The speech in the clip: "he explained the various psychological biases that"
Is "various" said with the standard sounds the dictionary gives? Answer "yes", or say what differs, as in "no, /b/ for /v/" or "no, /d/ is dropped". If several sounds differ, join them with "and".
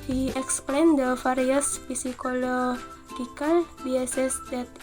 no, /f/ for /v/